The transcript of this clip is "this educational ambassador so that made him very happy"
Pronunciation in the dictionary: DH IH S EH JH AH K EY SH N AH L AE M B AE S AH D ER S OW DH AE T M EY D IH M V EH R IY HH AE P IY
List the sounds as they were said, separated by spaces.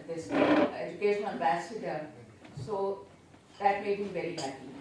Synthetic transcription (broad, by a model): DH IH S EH JH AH K EY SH AH N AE M B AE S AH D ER S OW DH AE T M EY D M V EH R IY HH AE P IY